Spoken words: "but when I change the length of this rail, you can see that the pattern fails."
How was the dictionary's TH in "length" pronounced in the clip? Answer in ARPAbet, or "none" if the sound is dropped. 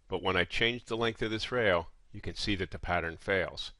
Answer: TH